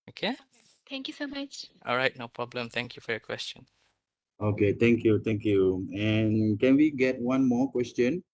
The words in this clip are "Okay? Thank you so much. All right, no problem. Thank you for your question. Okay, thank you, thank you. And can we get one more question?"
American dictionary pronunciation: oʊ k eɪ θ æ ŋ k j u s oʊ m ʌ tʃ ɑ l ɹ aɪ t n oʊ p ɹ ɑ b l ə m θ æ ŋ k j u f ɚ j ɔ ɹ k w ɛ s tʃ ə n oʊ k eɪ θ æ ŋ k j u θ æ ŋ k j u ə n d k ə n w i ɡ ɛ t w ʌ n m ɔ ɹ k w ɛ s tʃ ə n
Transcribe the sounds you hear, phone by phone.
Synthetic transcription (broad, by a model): oʊ k eɪ t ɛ ŋ k j u s oʊ m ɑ tʃ ɑ l ɹ aɪ t n oʊ p ɹ ɑ b l ə m t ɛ ŋ k j u f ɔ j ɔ k w ɛ s tʃ ə n oʊ k eɪ t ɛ ŋ k j u t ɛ ŋ k j u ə n k ə n w i ɡ ɛ t w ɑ n m ɔ k w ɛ s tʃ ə n